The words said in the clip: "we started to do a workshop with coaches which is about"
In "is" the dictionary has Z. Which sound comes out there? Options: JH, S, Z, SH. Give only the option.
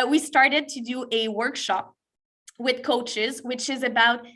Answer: Z